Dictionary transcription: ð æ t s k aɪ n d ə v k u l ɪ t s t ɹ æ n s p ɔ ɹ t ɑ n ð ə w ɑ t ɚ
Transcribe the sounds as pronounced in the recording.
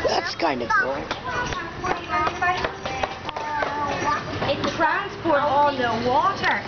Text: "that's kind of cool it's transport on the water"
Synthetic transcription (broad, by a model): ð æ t s k aɪ n d ə v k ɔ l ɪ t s t ɹ æ n s p ɔ ɹ t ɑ l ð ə w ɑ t ɚ